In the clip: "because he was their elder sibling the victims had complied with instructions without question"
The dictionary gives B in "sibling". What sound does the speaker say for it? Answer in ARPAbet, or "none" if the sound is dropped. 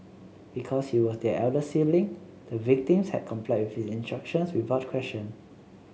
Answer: none